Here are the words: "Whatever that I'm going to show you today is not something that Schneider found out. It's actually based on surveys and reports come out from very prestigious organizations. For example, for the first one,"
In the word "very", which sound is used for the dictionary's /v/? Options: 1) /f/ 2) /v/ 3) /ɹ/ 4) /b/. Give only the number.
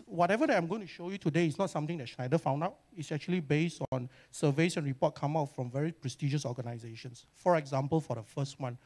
2